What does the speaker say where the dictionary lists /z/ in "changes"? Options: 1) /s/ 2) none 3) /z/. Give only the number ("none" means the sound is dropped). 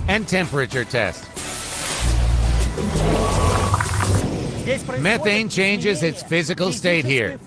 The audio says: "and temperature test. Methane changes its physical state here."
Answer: 3